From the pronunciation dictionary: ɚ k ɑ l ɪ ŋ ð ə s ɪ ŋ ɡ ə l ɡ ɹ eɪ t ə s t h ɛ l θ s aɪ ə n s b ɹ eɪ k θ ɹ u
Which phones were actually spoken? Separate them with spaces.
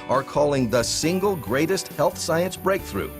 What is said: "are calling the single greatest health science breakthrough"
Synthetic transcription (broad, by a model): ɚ k ɑ l ɪ ŋ ð ə s ɪ ŋ ɡ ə l ɡ ɹ eɪ t ə s t h ɛ l θ s aɪ ə n s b ɹ eɪ k θ ɹ u